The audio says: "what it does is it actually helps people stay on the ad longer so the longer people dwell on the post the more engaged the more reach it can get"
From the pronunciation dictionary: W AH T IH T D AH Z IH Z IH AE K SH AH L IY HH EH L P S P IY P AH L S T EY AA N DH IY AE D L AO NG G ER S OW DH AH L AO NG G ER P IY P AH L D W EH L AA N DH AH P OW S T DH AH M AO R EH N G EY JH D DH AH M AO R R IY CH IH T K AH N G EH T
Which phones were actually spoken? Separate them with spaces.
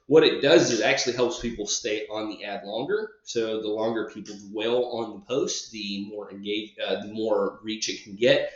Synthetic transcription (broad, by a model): W AH T IH T D AH Z IH Z AE K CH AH L IY HH EH L P S P IY P L S T EY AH N DH IY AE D L AO NG G ER S OW DH AH L AO NG G ER P IY P L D W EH L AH N DH AH P OW S T DH AH M AO R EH N G EY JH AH DH AH M AO R R IY CH IH T K N G EH T